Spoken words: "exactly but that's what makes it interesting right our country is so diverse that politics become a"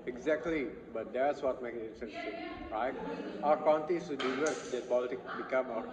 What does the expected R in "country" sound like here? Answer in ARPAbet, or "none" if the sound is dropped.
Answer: none